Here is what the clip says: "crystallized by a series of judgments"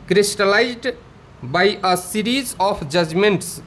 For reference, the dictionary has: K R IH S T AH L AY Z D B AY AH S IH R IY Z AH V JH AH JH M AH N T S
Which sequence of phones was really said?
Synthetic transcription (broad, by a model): K R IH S T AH L AY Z D B AY AH S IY R IY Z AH P JH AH JH M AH N T S